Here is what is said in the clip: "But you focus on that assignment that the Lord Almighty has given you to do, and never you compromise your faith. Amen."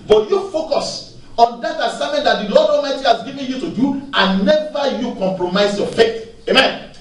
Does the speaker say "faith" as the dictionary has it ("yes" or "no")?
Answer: no